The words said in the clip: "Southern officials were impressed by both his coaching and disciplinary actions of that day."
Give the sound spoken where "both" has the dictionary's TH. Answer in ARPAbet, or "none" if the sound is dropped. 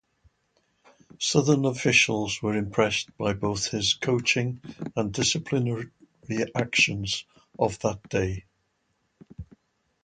TH